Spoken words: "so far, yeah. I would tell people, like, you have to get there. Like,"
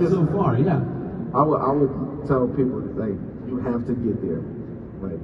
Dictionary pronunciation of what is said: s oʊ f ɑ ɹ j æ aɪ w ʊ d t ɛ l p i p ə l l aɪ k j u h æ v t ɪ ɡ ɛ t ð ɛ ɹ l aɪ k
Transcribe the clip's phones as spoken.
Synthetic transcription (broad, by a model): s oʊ f ɑ ɹ j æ aɪ w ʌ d t ɛ l p i p l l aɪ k j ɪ h æ f t ɪ ɡ ɛ t ð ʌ ɹ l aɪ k